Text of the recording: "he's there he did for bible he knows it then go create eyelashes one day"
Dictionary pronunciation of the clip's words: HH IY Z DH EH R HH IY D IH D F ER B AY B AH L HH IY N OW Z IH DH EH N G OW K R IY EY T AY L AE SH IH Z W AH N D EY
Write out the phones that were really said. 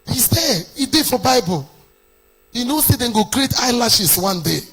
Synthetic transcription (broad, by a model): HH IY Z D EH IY D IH F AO B AY B AH L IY N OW S IH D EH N G OW K R IY EY T AY L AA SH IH S W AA N D EY